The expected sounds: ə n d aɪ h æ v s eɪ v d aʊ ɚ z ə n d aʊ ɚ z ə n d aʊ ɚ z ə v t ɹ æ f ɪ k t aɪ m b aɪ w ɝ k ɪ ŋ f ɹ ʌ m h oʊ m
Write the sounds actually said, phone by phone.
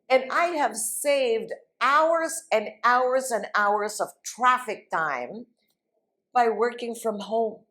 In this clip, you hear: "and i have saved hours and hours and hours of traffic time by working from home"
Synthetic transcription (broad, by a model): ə n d aɪ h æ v s eɪ v d aʊ ɚ z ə n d aʊ ɚ z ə n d aʊ ɚ z ə v t ɹ æ f ɪ k t aɪ m b aɪ w ɝ k ɪ ŋ f ɹ ʌ m h oʊ m